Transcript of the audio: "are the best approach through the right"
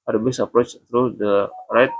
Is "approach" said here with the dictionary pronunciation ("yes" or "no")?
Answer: yes